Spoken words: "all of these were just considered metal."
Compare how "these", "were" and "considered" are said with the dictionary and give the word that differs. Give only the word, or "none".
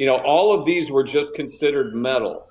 none